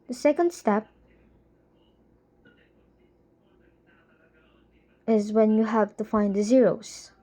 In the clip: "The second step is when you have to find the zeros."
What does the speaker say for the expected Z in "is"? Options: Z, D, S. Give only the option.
Z